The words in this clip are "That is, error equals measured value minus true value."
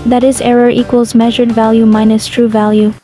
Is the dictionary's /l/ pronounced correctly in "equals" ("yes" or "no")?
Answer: yes